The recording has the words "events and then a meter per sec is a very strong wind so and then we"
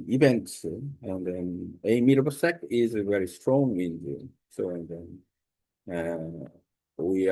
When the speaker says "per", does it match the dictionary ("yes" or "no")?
no